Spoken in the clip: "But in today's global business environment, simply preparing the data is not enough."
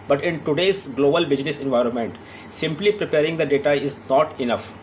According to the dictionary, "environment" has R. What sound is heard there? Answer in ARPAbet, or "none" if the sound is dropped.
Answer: R